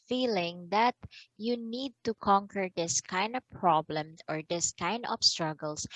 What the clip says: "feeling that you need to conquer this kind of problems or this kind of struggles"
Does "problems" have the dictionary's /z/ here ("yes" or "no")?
no